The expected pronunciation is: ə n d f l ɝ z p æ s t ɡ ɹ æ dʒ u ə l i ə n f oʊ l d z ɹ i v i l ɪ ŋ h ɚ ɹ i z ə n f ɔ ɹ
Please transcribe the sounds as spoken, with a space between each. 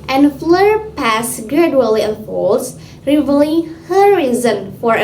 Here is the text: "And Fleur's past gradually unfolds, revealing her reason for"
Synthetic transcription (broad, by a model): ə n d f l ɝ p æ s ɡ ɹ æ dʒ u ə l i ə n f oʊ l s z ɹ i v l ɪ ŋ h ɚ ɹ i z ə n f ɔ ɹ